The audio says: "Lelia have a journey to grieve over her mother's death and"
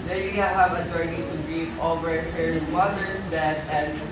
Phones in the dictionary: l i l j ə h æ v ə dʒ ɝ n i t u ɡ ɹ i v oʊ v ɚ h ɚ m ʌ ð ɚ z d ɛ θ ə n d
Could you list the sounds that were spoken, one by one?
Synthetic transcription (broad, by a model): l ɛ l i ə h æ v ə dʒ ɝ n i t u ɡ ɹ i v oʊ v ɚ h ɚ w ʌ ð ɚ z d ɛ t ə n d